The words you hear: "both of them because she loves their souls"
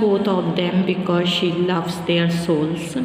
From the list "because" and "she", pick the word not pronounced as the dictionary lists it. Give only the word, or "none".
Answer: none